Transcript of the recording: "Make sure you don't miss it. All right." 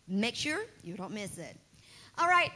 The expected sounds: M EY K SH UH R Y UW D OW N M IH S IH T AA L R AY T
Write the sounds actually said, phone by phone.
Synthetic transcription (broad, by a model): M EY K SH UH R Y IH D OW N M IH S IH T AA L R AY T